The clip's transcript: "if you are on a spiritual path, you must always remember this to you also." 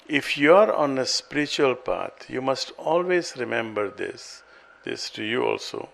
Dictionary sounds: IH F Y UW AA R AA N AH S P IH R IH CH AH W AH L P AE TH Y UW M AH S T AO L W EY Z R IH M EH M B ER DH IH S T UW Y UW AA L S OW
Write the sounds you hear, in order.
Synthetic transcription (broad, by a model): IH F Y UW AA R AA N AH S P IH R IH CH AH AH L P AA T Y UW M AH S T AO L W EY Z R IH M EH M B ER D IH S T UW Y UW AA L S OW